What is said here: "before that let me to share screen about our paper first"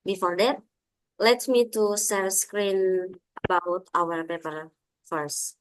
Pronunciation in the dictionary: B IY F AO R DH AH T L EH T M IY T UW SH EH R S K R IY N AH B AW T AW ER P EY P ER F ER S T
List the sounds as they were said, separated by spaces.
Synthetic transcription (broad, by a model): B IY F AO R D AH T L EH T M IY T UW S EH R S K R IY N AH B AW T AW ER P EY P ER F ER S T